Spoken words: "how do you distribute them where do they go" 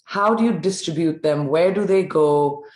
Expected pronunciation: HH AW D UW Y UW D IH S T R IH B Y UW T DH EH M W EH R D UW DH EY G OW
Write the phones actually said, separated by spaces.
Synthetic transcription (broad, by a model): HH AW D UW Y UW D IH S T R IH B Y UW T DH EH M W EH R D UW DH EY G OW